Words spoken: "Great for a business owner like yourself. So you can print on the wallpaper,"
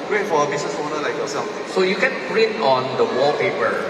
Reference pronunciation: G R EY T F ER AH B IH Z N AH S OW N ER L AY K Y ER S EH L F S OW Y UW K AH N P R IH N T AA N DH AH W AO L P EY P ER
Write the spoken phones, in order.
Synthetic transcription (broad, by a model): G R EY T F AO AH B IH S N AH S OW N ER L AY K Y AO S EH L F S OW Y UW K AH N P R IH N AA N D AH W AO P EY P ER